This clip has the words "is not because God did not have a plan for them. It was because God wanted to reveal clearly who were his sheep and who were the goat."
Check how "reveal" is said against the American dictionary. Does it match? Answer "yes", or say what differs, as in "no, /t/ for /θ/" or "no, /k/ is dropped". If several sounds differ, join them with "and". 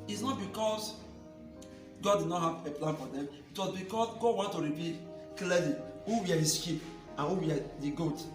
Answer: no, /p/ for /v/